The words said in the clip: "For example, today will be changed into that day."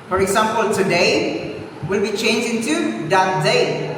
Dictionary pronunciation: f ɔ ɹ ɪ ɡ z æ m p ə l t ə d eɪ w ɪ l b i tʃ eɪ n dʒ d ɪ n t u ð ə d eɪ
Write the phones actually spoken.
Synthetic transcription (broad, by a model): f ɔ ɹ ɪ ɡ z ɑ m p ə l t ə d eɪ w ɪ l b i tʃ eɪ n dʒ ɪ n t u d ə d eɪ